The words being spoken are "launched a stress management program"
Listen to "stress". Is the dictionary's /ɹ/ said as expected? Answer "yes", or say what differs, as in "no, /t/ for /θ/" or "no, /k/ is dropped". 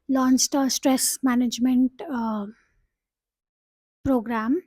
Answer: yes